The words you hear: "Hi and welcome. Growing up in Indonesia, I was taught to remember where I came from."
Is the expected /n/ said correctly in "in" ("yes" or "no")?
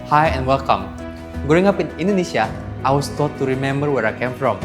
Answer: yes